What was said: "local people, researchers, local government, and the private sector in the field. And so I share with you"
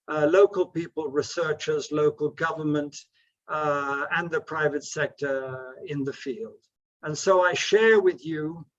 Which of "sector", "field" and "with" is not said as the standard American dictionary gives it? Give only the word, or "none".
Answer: none